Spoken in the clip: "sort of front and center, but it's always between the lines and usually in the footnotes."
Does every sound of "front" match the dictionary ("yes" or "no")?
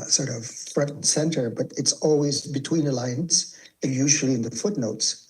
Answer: no